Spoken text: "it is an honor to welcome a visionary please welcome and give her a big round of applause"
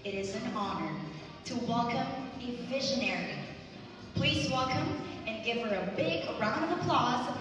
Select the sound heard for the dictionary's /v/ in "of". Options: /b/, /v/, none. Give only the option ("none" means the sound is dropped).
/v/